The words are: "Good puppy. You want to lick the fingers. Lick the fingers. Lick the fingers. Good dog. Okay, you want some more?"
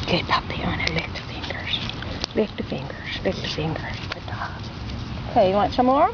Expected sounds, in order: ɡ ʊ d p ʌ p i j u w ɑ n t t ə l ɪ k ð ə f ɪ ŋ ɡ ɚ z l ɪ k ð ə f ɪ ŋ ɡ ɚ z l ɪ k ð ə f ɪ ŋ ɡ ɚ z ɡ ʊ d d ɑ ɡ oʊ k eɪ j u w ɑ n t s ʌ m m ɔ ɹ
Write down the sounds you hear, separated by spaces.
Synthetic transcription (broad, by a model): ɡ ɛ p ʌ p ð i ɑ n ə l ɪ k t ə f ɪ ŋ ɡ ɚ z l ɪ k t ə f ɪ ŋ ɡ ɚ z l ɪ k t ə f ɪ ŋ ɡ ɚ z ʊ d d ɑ oʊ k eɪ j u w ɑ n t s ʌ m m ɔ ɹ